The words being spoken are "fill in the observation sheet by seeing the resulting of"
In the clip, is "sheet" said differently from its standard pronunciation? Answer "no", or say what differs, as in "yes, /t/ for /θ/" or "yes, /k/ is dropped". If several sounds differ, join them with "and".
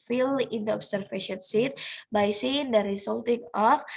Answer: yes, /s/ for /ʃ/